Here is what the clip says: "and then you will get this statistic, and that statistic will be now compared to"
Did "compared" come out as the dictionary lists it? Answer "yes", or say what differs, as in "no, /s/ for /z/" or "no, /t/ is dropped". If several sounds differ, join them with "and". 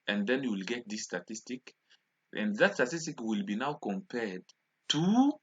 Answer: yes